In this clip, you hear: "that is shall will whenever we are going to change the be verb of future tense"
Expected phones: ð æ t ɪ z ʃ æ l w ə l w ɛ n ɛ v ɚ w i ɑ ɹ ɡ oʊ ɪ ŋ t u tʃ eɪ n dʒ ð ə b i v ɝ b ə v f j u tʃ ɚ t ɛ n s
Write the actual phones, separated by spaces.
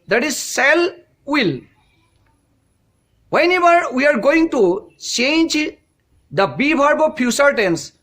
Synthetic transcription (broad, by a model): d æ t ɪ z s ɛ l w ə l w ɛ n ɛ v ɚ w i ɑ ɹ ɡ oʊ ɪ ŋ t u tʃ eɪ n dʒ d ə b i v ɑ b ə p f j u s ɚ t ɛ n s